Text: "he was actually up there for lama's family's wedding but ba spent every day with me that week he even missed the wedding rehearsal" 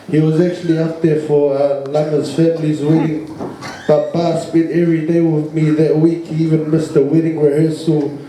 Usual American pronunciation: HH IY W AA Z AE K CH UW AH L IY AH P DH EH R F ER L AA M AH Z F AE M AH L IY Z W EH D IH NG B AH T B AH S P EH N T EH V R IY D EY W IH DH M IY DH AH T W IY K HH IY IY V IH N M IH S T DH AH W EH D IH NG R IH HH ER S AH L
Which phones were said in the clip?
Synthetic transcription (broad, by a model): HH IY W AA Z AE K CH UW AH L IY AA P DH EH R F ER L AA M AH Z F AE M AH L IY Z W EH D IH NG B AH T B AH S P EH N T EH V R IY D EY W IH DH M IY DH AH T W IY K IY IY V IH N M IH S T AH W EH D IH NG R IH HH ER S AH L